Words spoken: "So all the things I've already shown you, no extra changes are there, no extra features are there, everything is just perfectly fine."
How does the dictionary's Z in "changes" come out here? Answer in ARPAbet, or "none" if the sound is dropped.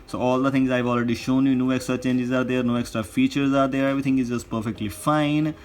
Z